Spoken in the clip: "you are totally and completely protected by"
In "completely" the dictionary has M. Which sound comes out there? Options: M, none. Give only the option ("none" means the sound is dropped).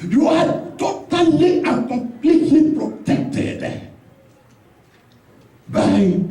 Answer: none